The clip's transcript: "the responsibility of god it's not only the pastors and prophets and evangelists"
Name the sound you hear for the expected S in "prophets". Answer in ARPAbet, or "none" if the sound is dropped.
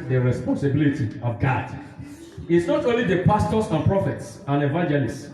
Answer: S